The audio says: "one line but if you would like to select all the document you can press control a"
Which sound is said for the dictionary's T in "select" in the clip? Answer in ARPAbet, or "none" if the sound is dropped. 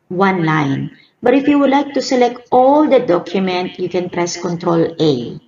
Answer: T